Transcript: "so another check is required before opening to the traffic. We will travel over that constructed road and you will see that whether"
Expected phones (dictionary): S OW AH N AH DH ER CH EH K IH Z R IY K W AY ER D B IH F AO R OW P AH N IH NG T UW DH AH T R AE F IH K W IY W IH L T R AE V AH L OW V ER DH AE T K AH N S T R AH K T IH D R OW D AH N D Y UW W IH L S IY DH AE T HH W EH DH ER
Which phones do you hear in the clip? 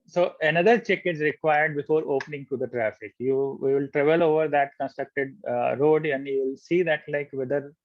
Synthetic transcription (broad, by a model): S OW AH N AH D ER CH EH K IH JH R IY K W AY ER D B IH F AO R OW P AH N IH NG T UW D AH T R AE F IH K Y IY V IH L T R AE V AH L OW V ER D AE T K AH N S T R AH K T IH D R OW D AH N D Y UW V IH L S IY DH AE T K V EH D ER